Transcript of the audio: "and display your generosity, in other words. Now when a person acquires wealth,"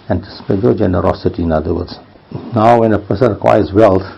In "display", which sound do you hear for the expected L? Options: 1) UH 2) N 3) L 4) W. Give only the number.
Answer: 2